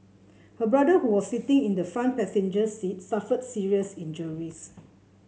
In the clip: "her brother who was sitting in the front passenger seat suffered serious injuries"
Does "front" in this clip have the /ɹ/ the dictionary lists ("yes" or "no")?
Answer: no